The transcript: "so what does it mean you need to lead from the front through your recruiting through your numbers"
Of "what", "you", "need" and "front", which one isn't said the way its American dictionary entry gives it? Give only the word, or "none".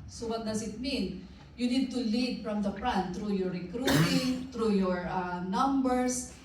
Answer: front